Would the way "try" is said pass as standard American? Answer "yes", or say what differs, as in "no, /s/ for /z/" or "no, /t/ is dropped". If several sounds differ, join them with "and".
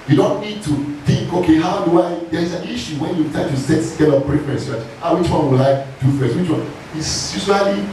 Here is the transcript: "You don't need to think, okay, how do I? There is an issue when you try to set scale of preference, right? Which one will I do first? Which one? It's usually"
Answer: no, /ɹ/ is dropped